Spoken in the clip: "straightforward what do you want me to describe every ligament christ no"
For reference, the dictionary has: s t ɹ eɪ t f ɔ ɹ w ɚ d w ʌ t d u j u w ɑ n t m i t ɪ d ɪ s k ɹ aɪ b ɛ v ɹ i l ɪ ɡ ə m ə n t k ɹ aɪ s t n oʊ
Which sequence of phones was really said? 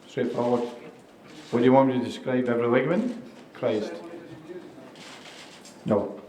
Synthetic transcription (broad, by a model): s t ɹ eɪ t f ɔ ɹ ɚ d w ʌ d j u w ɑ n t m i t ɪ d ɪ s k ɹ aɪ b ɛ v ɹ i w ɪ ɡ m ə n k ɹ aɪ s t n oʊ